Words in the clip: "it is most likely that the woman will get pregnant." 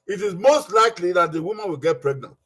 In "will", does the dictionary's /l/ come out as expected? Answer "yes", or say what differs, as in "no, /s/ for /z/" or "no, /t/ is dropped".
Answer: yes